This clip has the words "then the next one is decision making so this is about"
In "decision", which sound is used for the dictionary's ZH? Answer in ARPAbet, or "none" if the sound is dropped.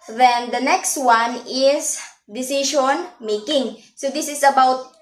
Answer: SH